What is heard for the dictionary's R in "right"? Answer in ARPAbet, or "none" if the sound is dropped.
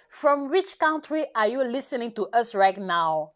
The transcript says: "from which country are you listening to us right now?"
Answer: R